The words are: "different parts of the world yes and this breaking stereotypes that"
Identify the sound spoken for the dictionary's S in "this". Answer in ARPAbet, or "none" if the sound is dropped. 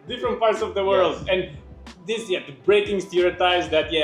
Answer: none